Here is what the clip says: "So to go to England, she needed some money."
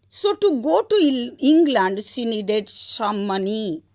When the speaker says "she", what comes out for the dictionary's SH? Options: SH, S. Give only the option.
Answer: S